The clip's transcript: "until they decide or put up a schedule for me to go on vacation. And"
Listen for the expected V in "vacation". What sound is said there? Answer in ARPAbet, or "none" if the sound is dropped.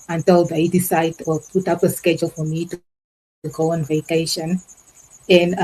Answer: V